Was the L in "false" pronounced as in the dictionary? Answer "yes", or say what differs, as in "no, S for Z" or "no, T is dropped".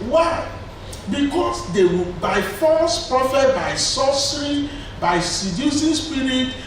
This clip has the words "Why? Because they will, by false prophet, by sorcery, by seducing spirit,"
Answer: no, L is dropped